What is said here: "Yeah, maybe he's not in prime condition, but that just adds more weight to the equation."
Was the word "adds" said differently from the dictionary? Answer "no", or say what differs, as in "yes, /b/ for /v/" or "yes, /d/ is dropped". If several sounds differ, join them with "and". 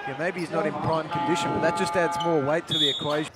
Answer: no